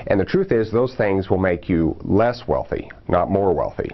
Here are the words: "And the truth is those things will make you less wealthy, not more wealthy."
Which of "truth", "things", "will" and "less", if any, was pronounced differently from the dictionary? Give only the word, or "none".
none